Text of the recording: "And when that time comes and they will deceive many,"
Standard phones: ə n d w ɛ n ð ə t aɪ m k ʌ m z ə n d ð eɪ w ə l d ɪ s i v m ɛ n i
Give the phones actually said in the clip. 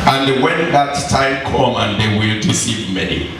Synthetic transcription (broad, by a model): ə n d w ɛ n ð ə t aɪ m k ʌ m ə n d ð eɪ w ə l d ɪ s i v m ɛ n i